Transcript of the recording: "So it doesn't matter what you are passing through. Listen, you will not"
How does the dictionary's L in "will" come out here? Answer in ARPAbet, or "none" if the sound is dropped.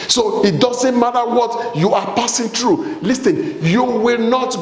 L